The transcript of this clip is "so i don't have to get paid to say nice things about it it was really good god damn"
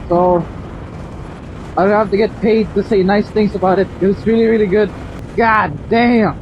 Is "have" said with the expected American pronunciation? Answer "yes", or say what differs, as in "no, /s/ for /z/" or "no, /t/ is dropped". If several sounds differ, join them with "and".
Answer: no, /f/ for /v/